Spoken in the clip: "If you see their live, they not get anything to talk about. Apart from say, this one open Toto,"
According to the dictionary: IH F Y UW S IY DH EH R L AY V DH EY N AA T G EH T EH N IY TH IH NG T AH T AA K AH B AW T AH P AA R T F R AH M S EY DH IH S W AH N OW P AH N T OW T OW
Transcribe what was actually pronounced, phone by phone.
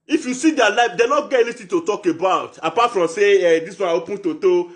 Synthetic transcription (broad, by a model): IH F Y UW S IY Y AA L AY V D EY N AA T G EH T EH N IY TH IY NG T AH T AA K AH B AW T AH P AA T F R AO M S EY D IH S W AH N OW P AH N T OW T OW